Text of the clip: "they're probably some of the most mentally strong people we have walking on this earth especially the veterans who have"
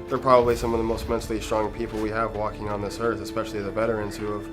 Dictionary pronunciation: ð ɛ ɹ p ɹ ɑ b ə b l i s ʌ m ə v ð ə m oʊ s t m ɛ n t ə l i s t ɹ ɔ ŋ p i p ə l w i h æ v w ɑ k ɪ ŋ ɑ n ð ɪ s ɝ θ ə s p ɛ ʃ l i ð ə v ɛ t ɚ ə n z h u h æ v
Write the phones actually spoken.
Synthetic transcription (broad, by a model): ð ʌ ɹ p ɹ ɑ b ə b l i s ʌ m ə v ð ə m oʊ s t m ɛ n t l i s t ɹ ɔ ŋ p i p l w i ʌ v w ɑ k ɪ ŋ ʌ n ð ɪ s ɝ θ ə s p ɛ ʃ l i ð ə b ɛ t ɚ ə n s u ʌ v